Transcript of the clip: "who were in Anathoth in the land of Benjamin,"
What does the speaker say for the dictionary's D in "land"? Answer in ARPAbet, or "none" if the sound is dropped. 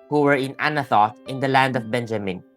D